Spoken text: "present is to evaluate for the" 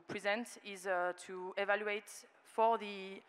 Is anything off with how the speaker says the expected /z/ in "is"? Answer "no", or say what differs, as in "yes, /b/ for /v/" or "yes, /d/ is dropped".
no